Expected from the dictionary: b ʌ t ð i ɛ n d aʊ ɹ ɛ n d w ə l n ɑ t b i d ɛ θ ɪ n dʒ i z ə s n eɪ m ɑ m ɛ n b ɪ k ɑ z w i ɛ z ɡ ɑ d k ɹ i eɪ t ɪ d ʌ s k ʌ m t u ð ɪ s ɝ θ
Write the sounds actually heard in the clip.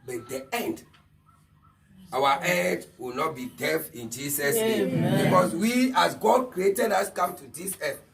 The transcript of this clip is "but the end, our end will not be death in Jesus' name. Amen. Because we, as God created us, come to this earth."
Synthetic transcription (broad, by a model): b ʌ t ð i ɛ n d aʊ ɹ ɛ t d w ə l n ɑ t b i d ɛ f ɪ n dʒ i s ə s n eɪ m m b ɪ k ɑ s w i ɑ s ɡ ɑ d k ɹ i eɪ t ɪ d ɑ s k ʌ m t u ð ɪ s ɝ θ